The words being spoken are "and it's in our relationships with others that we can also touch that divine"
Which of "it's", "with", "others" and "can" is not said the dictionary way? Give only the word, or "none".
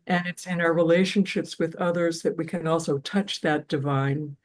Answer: none